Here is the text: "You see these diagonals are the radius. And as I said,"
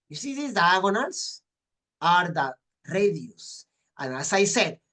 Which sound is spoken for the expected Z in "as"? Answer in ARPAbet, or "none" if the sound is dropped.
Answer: S